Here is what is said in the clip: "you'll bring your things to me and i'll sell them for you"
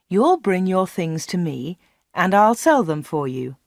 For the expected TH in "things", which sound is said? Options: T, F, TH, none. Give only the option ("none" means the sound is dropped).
TH